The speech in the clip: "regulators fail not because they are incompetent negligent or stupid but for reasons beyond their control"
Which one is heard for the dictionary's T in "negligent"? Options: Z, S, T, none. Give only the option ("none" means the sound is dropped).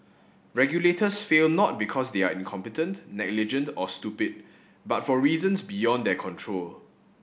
T